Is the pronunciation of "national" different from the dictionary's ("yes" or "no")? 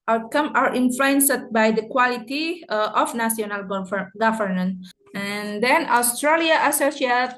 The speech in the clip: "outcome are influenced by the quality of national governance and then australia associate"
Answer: yes